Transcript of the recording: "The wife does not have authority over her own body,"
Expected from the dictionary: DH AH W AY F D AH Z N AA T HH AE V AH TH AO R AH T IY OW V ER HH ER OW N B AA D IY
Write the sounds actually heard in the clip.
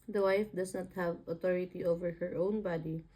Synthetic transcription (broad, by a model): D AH W AY F D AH S N AA T HH AE V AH T AO R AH T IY OW V ER HH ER OW N B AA D IY